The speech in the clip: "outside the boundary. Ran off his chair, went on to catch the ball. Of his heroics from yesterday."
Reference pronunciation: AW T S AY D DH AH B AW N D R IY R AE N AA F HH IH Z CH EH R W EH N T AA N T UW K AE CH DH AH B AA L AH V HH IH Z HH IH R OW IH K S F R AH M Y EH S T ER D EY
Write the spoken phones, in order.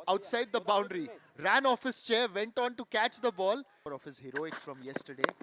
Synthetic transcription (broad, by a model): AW T S AY D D AH B AW N D R IY R AE N AA F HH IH S CH EH R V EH N T AA N T UW K AE CH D AH B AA L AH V HH IH Z HH IH R OW IH K S F R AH M Y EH S T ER D EY